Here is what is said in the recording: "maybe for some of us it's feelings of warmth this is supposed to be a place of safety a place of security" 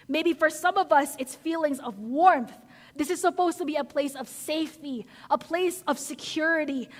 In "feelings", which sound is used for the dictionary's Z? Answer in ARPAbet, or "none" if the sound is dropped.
Z